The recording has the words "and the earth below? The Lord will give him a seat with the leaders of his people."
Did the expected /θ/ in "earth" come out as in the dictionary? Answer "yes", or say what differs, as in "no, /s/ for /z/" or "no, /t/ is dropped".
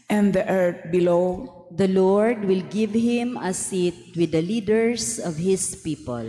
no, /t/ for /θ/